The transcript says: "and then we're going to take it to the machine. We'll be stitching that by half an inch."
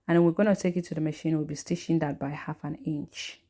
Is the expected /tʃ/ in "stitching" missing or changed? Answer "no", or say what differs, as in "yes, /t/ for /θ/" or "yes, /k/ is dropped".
yes, /ʃ/ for /tʃ/